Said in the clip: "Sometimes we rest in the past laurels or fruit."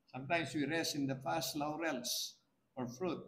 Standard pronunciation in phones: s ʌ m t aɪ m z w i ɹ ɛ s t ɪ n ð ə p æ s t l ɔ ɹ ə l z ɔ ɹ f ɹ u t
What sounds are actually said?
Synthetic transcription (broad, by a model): s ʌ m t aɪ m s w i ɹ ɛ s ɪ n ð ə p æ s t l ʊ ɹ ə l s ɔ ɹ f ɹ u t